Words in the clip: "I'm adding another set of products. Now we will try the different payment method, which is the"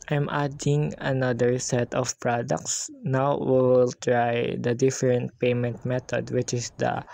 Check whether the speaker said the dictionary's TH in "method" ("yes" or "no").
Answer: no